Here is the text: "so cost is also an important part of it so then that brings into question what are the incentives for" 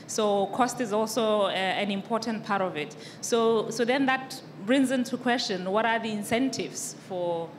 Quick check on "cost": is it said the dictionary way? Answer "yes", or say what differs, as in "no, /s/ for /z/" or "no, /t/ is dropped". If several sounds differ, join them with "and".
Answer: yes